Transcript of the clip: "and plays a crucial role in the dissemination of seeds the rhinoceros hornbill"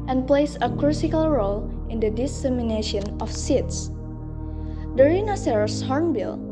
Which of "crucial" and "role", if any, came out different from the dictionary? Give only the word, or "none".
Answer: crucial